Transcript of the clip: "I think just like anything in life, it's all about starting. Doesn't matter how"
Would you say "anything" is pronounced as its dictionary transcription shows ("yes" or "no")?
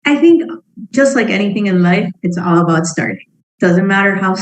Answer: yes